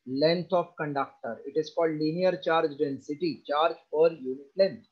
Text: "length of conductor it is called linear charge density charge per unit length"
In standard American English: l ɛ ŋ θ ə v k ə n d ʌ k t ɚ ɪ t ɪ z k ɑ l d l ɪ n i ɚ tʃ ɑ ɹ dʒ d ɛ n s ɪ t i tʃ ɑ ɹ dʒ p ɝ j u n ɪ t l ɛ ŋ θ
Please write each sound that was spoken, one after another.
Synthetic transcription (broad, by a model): l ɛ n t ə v k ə n d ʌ k t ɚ ɪ t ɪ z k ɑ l d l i n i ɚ tʃ ɑ ɹ dʒ d ɛ n s ɪ t i tʃ ɑ ɹ dʒ f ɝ j u n ɪ t l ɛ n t